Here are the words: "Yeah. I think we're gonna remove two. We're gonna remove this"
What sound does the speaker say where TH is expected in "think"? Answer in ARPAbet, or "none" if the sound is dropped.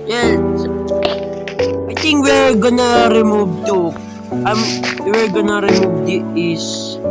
T